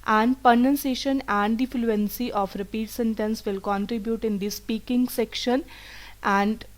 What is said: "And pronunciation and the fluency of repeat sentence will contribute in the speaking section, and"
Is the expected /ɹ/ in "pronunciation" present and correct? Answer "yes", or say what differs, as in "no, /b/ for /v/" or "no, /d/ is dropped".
no, /ɹ/ is dropped